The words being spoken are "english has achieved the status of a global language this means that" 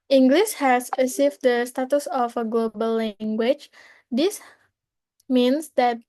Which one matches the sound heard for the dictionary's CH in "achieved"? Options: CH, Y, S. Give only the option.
S